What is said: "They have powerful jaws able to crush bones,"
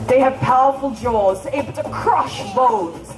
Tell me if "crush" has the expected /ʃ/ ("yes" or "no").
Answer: yes